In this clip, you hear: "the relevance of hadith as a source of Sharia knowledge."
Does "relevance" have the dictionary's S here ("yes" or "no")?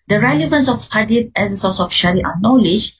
yes